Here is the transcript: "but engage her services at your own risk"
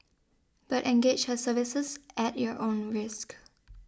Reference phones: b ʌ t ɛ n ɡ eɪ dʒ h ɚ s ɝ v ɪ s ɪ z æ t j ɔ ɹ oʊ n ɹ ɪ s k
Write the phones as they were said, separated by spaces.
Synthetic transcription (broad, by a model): b ʌ t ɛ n ɡ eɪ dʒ h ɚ s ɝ v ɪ s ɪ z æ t j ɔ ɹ oʊ n ɹ ɪ s k